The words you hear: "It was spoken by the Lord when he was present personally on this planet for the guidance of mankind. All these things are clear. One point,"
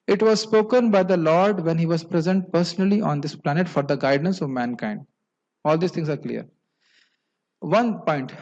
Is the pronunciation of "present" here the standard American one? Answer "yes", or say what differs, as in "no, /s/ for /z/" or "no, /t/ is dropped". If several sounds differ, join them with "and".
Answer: yes